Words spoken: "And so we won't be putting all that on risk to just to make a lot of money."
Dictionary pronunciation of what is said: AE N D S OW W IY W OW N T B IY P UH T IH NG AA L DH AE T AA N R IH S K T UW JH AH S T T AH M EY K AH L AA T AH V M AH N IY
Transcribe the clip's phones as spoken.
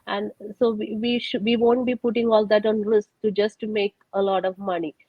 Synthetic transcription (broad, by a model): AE N D S OW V IY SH OW N T B IY P UH T IH NG AA L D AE T AA N R IH S K T UW JH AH S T T M EY K AH L AA T AH V M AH N IY